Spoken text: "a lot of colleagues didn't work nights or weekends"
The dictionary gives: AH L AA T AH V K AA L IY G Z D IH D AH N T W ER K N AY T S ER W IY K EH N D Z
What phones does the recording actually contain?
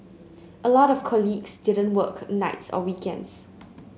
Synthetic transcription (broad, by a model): AH L AA T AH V K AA L IY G S D IH D AH N T W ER K N AY T S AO W IY K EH N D S